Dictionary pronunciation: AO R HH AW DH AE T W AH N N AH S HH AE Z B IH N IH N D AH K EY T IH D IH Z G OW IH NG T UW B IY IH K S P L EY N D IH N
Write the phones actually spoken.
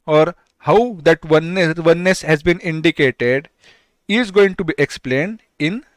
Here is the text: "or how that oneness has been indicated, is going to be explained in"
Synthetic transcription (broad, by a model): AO R HH AW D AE T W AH N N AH S HH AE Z B IH N IH N D AH K EY T IH D IH Z G OW IH NG T UW B IY IH K S P L EY N D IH N